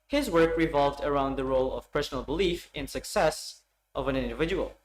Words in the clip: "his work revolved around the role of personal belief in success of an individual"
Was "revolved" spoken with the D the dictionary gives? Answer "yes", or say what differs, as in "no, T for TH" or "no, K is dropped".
yes